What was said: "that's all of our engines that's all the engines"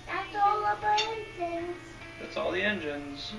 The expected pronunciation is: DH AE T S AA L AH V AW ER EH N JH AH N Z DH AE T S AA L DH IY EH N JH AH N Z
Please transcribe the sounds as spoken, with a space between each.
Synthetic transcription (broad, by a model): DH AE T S AA L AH B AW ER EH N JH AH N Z DH AE T S AA L DH IY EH N JH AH N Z